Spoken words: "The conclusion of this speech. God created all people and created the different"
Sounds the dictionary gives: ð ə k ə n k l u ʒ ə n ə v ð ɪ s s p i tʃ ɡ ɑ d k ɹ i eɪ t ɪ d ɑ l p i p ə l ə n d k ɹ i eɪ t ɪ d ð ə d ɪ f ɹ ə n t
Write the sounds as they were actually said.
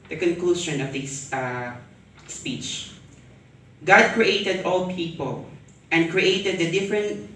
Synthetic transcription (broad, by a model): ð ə k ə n k l u ʃ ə n ə v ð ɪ s s p i tʃ ɡ ɑ d k ɹ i eɪ t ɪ d ɑ l p i p ə l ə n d k ɹ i eɪ t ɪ d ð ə d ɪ f ɹ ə n t